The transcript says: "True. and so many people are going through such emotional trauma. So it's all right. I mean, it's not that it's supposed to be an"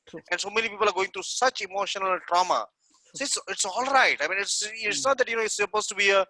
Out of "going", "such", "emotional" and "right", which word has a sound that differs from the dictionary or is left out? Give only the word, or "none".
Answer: none